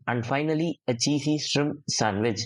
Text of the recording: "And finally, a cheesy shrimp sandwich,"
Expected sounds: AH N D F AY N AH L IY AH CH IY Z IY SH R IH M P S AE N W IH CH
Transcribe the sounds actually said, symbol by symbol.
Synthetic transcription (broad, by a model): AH N D F AY N AH L IY AH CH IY S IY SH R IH M S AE N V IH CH